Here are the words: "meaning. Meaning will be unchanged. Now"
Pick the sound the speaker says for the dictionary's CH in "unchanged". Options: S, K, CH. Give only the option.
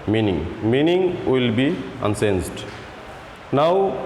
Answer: S